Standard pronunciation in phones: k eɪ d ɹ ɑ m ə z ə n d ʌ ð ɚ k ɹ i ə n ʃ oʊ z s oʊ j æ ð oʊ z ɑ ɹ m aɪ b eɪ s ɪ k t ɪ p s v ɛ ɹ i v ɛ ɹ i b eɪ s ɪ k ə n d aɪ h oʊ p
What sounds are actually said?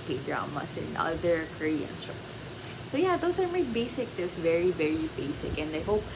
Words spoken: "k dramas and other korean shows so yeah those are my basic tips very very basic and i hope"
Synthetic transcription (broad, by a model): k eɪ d ɹ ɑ m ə s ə n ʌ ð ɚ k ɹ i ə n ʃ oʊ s s oʊ j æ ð oʊ s ɑ ɹ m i b eɪ s ɪ k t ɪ s v ɛ ɹ i v ɛ ɹ i b eɪ s ɪ k ə n d aɪ h oʊ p